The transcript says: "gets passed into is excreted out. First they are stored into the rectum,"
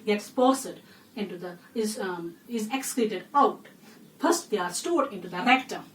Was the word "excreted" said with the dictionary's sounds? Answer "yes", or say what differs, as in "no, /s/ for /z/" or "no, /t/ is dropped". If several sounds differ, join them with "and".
no, /l/ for /ɹ/